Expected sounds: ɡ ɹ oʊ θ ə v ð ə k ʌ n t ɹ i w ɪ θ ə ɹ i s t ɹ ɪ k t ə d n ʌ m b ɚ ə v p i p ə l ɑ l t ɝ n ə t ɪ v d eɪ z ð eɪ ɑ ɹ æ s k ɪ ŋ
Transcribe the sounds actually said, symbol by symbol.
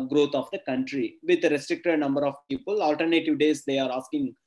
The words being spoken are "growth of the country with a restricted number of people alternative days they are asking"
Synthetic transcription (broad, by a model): ɡ ɹ oʊ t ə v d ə k ʌ n t ɹ i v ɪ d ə ɹ i s t ɹ ɪ k t ə d n ʌ m b ɚ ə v p i p ə l ɑ l t ɝ n ə t ɪ v d eɪ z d eɪ ɑ ɹ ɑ s k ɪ ŋ